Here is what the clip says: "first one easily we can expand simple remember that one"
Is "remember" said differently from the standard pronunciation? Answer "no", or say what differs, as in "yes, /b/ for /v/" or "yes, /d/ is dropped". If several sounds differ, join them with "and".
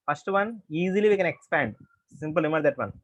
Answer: yes, /b/ is dropped